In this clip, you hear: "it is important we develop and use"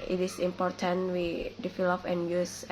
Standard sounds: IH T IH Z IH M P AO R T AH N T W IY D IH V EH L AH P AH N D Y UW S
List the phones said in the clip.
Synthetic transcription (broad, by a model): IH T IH S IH M P AO R T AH N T W IY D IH F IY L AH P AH N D Y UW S